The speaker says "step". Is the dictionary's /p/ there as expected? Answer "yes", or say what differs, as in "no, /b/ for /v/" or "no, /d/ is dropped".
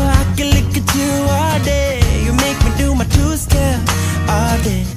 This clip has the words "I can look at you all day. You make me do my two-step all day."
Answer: no, /p/ is dropped